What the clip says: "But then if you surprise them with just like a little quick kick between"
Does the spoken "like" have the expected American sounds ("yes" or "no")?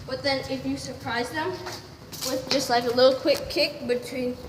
yes